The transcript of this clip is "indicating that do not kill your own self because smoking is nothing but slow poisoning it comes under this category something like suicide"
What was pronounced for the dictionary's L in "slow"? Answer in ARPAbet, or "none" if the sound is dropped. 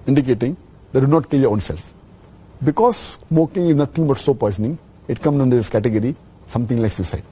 none